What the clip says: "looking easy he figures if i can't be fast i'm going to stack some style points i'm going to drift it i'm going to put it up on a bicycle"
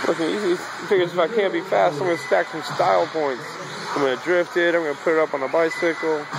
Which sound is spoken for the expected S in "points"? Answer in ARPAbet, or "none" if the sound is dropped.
S